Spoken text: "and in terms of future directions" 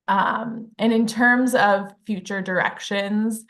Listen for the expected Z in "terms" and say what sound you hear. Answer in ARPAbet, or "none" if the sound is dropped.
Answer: Z